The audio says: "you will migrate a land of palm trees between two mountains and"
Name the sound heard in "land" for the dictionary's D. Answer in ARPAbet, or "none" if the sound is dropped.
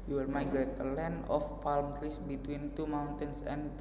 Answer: none